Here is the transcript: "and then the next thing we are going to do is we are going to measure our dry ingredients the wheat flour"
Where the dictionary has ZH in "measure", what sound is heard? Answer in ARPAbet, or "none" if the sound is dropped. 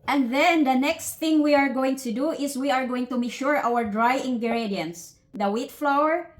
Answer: SH